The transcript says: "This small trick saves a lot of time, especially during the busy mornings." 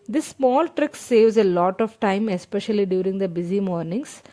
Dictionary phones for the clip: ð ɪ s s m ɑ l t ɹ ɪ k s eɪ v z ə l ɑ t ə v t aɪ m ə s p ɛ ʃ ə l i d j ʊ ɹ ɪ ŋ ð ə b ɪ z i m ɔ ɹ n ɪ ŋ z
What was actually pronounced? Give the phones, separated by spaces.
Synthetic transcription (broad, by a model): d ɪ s s m ɑ l t ɹ ɪ k s eɪ v z ə l ɑ t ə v t aɪ m ə s p ɛ ʃ ə l i d j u ɹ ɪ ŋ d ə b ɪ z i m ɔ ɹ n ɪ ŋ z